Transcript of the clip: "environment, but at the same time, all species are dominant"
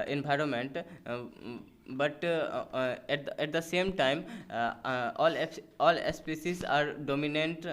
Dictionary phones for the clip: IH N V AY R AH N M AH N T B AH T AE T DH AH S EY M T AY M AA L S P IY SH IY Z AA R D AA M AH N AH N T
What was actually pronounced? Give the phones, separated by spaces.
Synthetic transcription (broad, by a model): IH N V AY R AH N M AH N T B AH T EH T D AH S EY M T AY M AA L S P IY S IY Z AA R D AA M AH N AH N T